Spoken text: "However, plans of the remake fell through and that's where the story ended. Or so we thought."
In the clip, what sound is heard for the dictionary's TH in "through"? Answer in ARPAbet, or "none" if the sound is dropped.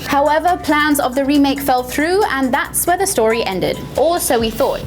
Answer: TH